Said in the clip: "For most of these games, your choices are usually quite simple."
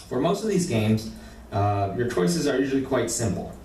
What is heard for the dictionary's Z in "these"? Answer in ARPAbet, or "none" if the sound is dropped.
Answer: Z